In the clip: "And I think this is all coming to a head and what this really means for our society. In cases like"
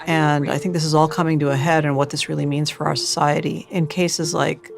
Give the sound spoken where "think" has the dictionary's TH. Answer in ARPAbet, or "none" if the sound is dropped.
TH